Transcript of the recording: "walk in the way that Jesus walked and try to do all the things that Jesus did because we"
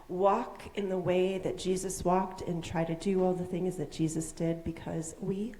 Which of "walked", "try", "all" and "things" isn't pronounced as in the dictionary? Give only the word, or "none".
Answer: none